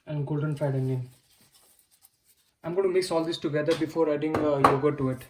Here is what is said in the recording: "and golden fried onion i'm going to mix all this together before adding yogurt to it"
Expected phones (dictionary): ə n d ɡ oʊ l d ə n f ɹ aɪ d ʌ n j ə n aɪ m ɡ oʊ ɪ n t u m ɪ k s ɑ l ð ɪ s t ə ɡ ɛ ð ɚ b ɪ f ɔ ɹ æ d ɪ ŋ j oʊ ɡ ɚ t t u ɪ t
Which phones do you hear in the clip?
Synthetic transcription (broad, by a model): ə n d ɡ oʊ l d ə n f aɪ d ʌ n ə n aɪ m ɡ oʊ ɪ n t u m ɪ k s ɑ l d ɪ s t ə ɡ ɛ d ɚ b ɪ f ɔ ɹ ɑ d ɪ ŋ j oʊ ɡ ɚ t t u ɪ t